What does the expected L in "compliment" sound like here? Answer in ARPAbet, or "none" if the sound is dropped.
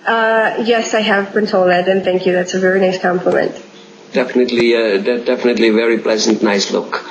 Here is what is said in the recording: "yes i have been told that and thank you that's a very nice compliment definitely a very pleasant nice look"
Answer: L